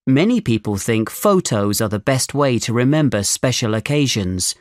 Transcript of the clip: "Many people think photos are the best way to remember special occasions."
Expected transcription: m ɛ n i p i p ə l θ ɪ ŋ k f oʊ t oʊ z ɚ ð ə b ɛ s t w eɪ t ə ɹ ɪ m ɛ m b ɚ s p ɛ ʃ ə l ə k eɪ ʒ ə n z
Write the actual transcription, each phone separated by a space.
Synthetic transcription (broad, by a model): m ɛ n i p i p ə l θ ɪ ŋ k f oʊ t oʊ z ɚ ð ə b ɛ s t w eɪ t ə ɹ ɪ m ɛ m b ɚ s p ɛ ʃ ə l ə k eɪ ʒ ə n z